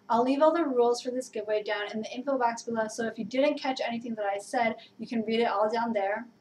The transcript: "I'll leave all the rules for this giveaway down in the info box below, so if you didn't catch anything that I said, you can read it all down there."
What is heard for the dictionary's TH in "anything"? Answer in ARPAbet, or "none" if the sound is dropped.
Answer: TH